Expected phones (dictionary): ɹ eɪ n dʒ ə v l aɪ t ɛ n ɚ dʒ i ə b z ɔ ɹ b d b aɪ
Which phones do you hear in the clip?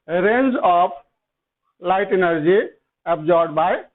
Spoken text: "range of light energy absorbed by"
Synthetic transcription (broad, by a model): ɹ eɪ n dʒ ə p l aɪ t ɛ n ɚ dʒ i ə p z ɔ ɹ d b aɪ